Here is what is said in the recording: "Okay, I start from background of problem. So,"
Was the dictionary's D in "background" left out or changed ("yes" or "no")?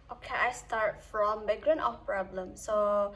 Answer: yes